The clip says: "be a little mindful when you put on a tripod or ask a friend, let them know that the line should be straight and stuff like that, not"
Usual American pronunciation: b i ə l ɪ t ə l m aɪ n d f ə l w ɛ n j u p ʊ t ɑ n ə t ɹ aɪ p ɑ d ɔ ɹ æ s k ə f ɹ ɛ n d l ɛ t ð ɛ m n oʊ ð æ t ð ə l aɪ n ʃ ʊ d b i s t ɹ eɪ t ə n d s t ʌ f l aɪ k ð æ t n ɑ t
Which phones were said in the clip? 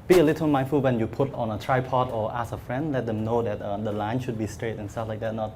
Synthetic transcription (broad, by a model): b i ə l ɪ t ə l m aɪ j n f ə l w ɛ n j u p ʊ t ɑ n ə t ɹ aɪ p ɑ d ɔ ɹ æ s ə f ɹ ɛ n d l ɛ t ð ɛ m n oʊ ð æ t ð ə l aɪ n ʃ ʊ d b i s t ɹ eɪ t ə n s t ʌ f l aɪ k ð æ t n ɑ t